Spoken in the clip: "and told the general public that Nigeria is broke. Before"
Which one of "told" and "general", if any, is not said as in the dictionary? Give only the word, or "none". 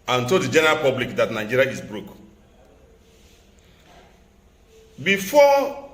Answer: told